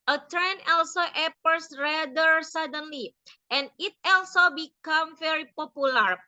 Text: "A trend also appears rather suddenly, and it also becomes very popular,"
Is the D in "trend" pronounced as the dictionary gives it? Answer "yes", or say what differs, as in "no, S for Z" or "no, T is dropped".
no, D is dropped